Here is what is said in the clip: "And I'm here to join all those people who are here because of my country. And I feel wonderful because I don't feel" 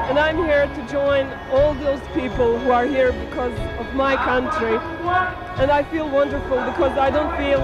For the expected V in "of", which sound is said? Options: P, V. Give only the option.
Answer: V